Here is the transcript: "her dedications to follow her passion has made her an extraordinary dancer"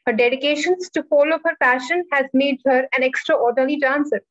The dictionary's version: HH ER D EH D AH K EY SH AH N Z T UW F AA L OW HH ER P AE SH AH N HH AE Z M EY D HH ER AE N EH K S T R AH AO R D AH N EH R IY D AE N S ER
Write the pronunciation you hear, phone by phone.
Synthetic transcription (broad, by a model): HH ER D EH D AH K EY SH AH N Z T UW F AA L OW HH ER P AE SH AH N HH AE Z M EY D HH ER AE N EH K S T R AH AO R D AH L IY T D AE N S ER